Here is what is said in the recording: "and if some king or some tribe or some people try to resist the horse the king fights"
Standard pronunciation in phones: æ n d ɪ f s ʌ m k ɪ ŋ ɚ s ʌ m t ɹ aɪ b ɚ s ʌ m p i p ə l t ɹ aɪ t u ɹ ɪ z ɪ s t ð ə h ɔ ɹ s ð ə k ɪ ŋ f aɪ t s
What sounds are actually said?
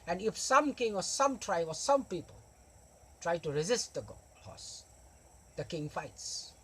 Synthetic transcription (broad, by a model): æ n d ɪ f s ʌ m k ɪ ŋ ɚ s ʌ m t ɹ aɪ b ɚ s ʌ m p i p ə l t ɹ aɪ t u ɹ ɪ z ɪ s t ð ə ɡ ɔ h s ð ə k ɪ ŋ f aɪ t s